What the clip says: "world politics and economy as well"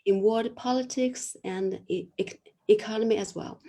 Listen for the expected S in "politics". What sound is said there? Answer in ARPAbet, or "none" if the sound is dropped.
S